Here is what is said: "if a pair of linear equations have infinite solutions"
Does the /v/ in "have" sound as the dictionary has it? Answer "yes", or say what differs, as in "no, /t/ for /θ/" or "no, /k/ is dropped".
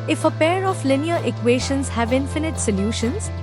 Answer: yes